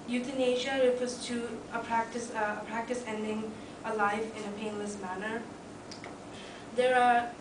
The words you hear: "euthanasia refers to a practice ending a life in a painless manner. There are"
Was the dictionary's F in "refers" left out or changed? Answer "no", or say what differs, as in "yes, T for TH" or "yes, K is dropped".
yes, P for F